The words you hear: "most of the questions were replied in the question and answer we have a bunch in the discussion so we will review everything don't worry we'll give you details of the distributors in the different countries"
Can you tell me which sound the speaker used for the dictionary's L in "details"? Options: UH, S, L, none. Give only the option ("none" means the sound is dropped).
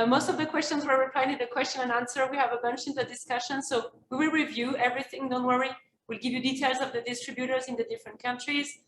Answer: L